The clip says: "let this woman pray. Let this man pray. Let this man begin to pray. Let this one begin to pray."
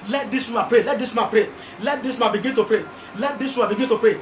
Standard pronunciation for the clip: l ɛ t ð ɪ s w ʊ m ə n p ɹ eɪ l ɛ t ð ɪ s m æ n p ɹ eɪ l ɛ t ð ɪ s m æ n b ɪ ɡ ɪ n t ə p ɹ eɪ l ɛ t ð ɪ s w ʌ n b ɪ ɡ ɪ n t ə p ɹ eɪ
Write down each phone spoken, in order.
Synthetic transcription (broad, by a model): l ɛ t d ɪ s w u ə p ɹ eɪ l ɛ t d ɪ s m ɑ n p ɹ eɪ l ɛ t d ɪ s m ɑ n b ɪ ɡ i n t ə p ɹ eɪ l ɛ t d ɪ s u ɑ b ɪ ɡ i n t ə p ɹ eɪ